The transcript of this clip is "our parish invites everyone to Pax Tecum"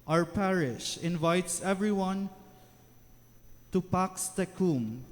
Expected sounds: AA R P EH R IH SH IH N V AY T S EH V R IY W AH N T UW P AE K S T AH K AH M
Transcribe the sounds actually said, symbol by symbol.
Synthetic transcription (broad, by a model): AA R P EH R IH SH IH N V AY T S EH V R IY W AH N T UW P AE K S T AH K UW M